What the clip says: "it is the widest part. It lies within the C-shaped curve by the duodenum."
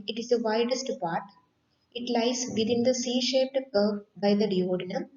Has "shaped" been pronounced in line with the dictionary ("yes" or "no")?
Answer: yes